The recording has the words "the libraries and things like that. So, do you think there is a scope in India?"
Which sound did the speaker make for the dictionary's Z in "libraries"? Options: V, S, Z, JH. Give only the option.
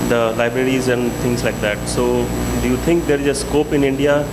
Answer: Z